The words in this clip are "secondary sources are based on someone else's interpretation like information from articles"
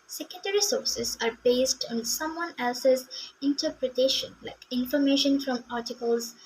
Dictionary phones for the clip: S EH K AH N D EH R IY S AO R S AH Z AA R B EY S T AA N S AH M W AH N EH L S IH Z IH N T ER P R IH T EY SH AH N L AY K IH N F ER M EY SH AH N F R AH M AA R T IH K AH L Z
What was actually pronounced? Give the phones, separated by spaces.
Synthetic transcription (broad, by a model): S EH K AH N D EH R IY S AO R S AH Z AA R B EY S T AA N S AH M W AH N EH L S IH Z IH N T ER P R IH T EY SH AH N L AY K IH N F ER M EY SH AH N F R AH M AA R T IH K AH L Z